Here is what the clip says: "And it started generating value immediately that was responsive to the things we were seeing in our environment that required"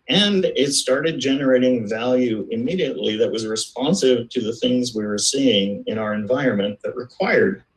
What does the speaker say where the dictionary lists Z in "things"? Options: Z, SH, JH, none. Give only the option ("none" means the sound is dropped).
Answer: Z